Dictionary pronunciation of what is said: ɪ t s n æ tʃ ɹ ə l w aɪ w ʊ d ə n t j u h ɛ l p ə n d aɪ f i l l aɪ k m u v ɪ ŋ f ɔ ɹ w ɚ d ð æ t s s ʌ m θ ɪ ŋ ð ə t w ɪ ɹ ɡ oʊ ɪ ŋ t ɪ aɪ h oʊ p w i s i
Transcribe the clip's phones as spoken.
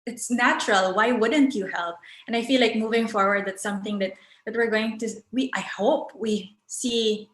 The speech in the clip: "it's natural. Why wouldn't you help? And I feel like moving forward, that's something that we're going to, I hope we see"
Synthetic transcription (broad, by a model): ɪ t s n æ tʃ ɹ ə l w aɪ w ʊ d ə n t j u h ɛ l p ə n aɪ f i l l aɪ k m u v ɪ ŋ f ɔ ɹ w ɚ d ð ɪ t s s ʌ m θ ɪ ŋ ð ə t w ɪ ɹ ɡ oʊ ɪ ŋ t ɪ aɪ h oʊ p w i s i